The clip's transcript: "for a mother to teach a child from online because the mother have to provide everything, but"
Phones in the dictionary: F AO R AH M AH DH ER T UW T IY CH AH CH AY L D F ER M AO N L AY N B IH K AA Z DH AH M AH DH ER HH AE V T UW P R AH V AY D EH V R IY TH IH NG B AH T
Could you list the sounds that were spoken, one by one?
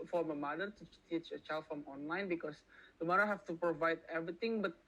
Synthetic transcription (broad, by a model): F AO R AH M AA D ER T UW T IY CH AH CH AY L D F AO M AO N L AY N B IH K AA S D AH M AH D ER HH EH F T UW P R AH V AY D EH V R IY T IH NG B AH T